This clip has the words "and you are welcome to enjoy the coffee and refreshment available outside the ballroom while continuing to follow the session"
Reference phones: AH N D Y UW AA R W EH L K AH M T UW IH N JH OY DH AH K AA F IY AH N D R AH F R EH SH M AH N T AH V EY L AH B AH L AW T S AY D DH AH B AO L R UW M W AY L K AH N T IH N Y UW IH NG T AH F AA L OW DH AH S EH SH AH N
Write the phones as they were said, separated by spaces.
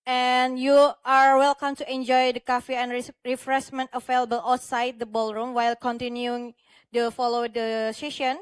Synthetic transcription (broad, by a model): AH N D Y UW AA R W EH L K AH M T UW IH N JH OY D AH K AA F IY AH N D R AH F R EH S M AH N T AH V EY L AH B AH L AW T S AY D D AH B AO L R UW M W AY L K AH N T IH N Y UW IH NG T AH F AA L OW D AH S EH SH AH N